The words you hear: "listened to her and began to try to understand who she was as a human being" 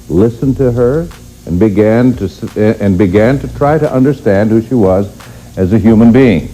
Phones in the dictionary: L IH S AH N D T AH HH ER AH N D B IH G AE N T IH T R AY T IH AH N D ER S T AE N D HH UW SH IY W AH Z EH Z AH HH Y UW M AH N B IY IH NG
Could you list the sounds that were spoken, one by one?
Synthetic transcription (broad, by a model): L IH S AH N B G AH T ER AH N B IH G AE N T IH T R AY T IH AH N D ER S T AE N D HH UW SH IY W AH Z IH Z AH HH Y UW M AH N B IY IH NG